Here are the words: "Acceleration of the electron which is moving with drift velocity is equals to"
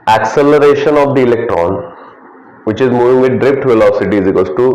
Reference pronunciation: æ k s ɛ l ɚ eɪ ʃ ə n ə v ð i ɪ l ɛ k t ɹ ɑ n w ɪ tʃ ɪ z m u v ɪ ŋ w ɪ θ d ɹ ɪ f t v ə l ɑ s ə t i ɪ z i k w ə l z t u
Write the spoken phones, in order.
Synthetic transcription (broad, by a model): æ k s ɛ l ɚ eɪ ʃ ə n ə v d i ɪ l ɛ k t ɹ ɑ n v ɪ tʃ ɪ z m u v ɪ ŋ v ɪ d d ɹ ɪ p t v ə l ɑ s ə t i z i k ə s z t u